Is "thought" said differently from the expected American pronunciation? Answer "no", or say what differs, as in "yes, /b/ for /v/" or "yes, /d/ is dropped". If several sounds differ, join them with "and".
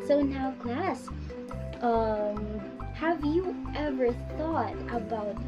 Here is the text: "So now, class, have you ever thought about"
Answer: no